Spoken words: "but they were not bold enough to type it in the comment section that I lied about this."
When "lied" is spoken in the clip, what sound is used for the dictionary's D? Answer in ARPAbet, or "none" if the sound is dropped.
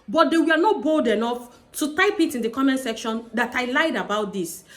D